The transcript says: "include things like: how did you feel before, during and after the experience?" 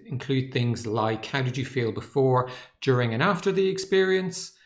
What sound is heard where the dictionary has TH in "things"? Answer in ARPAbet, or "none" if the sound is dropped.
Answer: TH